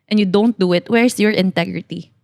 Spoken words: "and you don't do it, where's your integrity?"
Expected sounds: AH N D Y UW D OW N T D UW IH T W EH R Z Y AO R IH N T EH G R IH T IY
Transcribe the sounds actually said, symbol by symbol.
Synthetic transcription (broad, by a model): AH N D Y UW D OW N T D UW IH T W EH R S Y AO R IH N T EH G R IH T IY